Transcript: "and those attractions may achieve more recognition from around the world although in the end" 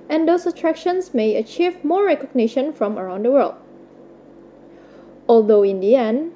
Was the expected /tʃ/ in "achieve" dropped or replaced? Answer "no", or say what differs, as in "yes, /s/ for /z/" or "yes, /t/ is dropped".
no